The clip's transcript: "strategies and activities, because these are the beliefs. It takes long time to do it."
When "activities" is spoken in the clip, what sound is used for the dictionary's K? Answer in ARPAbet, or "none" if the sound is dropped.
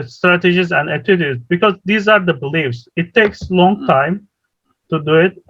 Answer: none